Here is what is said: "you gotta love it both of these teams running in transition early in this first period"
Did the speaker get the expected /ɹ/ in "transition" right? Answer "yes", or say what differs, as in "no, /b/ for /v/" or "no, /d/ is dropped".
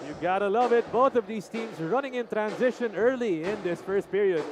yes